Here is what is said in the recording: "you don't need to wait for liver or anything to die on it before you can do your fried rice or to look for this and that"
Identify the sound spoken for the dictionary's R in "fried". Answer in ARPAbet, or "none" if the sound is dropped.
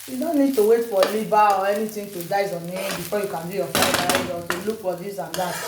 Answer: none